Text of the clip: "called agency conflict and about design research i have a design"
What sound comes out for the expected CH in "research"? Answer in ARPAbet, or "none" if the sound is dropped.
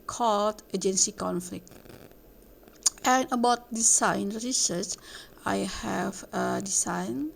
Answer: S